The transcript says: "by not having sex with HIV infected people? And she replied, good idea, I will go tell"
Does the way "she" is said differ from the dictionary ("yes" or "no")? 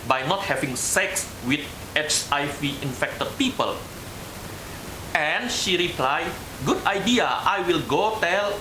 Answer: no